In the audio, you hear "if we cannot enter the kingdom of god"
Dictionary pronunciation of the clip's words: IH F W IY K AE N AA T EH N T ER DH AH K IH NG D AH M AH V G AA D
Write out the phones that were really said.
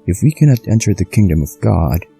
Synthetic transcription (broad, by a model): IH F W IY K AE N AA T EH N T ER DH AH K IH NG D AH M AH V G AA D